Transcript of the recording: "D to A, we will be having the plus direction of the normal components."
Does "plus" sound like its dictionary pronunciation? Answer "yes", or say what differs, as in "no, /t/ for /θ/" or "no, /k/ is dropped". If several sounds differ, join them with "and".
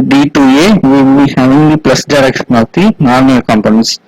yes